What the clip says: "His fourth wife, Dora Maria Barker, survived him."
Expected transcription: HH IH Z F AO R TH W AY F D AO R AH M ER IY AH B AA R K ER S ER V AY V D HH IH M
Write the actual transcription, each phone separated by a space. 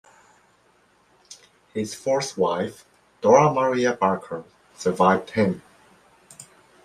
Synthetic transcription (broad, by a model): HH IH Z F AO R S W AY F D AO R AH M ER IY AH B AA R K ER S ER V AY V D HH IH M